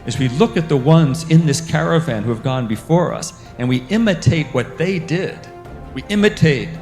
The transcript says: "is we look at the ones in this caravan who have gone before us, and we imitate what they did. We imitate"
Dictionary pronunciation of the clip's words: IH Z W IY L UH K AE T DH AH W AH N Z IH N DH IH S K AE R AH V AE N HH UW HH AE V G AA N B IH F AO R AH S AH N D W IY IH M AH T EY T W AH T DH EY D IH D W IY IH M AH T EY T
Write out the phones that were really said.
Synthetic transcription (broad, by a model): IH Z W IY L UH K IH T DH AH W AH N Z IH N DH IH S K AE R AH V AE N HH UW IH V G AA N B IH F AO R AH S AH N W IY IH M AH T EY T W AH T DH EY D IH D W IY IH M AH T EY T